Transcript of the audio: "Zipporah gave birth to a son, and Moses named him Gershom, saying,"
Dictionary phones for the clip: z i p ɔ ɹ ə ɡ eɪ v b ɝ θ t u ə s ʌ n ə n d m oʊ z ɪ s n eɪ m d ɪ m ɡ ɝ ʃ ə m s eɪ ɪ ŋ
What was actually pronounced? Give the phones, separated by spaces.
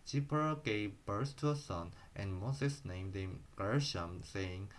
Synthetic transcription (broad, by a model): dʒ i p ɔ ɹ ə ɡ eɪ v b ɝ s t u ə s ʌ n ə n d m oʊ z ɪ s n eɪ m d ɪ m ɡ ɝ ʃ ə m s eɪ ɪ ŋ